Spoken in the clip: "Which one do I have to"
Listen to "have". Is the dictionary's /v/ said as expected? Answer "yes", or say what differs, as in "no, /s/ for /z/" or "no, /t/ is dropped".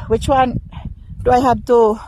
no, /p/ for /v/